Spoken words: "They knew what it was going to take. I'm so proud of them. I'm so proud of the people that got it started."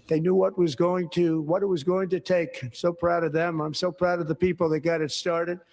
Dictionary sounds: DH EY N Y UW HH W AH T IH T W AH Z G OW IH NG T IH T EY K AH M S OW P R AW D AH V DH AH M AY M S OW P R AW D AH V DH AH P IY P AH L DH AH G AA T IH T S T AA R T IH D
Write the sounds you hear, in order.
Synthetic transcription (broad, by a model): DH EY N Y UW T W AH T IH T W AH Z G OW IH NG T IH T EY AH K S OW P R AW D AH V DH AH M AY M S OW P R AW D AH V DH AH P IY P L DH AH G AA T IH T S T AA R T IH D